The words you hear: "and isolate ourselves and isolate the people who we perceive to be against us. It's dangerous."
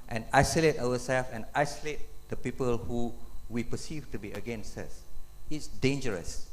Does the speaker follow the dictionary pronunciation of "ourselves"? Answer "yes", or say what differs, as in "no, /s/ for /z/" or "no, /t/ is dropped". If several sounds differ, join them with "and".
no, /w/ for /ɹ/